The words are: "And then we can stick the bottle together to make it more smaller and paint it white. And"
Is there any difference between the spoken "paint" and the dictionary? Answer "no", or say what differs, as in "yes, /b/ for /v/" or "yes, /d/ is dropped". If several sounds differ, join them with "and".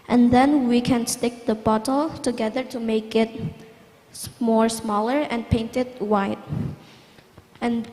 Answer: no